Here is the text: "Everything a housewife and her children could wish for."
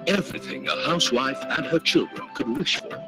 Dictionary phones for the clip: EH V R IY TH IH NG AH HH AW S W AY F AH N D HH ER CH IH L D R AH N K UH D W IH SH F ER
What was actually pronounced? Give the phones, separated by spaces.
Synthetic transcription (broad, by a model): EH V R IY TH IH NG AH HH AW S W AY F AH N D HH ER CH IH L D R AH N K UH D W IH SH F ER